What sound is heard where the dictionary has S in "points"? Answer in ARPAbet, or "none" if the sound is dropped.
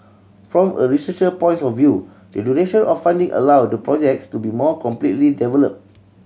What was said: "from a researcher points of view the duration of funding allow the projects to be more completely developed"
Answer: none